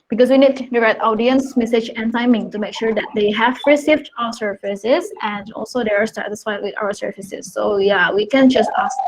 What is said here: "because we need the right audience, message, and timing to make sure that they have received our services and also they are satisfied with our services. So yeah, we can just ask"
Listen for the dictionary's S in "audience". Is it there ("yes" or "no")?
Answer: yes